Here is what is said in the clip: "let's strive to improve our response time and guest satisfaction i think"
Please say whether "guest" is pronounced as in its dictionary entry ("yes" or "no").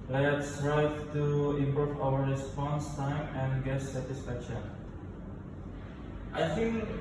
no